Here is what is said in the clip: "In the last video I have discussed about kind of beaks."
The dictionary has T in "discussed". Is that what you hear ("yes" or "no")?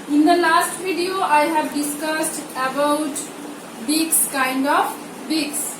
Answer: yes